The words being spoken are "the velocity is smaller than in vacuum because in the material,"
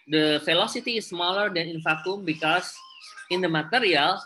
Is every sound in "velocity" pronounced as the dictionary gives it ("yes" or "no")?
no